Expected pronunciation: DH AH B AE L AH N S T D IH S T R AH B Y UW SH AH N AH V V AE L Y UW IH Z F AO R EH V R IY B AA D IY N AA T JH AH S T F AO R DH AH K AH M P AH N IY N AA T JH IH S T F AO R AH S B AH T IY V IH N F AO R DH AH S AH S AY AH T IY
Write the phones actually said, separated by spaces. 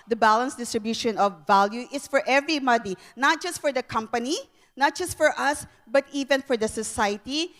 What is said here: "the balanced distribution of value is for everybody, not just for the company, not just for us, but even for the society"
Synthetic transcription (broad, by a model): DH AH B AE L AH N S D IH S T R AH B Y UW SH AH N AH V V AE L Y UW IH S F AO R EH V R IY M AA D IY N AA T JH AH S T F AO R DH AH K AH M P AH N IY N AA T JH IH S T F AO R AH S B AH T IY V IH N F AO R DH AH S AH S AY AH T IY